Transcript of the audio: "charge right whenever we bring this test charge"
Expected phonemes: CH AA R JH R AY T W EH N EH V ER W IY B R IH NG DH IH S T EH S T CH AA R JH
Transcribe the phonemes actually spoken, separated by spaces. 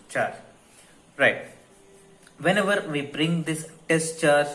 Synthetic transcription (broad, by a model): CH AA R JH R AY T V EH N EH V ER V IY B R IH NG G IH S T EH S T CH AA R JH